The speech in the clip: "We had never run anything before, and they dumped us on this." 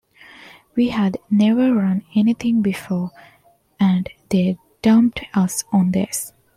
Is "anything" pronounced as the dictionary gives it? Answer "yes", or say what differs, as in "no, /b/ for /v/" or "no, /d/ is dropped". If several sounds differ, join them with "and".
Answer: no, /t/ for /θ/